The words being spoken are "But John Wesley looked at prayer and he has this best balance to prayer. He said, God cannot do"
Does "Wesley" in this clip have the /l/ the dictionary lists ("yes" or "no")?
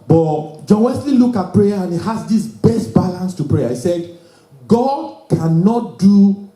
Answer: yes